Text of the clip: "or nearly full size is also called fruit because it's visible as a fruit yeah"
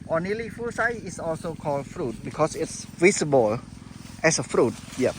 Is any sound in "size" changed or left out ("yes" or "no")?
yes